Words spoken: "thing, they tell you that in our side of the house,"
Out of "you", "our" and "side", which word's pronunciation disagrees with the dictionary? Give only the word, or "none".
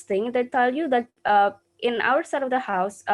none